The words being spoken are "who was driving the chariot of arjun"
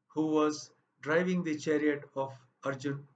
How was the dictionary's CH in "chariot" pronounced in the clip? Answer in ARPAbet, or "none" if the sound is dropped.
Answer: CH